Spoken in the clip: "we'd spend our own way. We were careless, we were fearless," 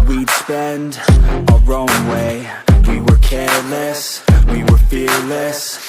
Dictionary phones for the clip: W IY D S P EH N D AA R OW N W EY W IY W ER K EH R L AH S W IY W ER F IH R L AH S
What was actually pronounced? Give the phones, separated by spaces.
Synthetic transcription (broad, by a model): W IY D S P EH N D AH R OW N W EY W IY W ER K EH R L AH S W IY W ER F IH R L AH S